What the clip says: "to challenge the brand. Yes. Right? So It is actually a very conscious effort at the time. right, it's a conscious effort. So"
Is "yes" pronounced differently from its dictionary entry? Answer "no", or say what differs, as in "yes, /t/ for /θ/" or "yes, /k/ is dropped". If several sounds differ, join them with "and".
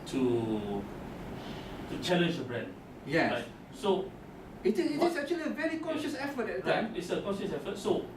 yes, /s/ is dropped